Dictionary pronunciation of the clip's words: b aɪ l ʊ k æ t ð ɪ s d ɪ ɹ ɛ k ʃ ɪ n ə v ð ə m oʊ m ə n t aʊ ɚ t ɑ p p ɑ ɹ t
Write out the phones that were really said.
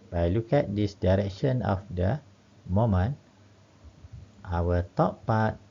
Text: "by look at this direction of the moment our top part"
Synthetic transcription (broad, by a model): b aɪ l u k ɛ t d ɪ s d ɪ ɹ ɛ k ʃ ɪ n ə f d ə m oʊ m ə n t aʊ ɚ t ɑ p p ɑ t